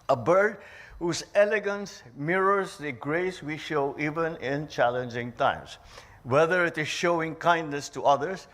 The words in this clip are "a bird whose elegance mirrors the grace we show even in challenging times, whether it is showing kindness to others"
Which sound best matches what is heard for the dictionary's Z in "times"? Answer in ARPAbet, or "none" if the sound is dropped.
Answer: S